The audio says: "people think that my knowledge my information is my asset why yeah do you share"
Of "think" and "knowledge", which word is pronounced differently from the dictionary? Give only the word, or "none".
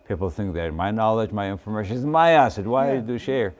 none